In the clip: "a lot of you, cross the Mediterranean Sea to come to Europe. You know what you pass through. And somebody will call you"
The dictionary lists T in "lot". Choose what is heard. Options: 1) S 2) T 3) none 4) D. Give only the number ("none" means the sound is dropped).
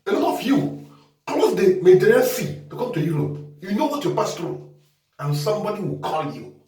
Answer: 3